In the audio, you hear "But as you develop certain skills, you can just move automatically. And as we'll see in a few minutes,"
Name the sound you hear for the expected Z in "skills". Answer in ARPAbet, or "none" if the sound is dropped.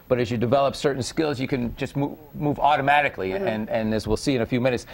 Z